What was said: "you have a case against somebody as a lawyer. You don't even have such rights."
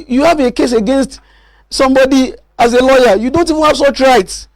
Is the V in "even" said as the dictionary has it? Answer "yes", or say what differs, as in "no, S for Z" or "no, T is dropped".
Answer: yes